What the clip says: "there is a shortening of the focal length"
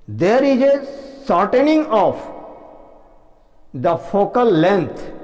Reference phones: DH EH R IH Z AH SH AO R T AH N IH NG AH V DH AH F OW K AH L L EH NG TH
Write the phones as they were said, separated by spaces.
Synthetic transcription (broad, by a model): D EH R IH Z AH S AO R T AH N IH NG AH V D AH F OW K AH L L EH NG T